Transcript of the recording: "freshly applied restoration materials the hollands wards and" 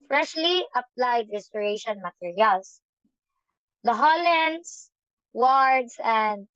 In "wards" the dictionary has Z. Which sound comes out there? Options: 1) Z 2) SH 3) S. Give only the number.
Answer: 3